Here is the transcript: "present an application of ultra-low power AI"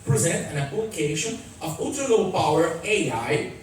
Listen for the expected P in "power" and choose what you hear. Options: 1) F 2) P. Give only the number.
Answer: 2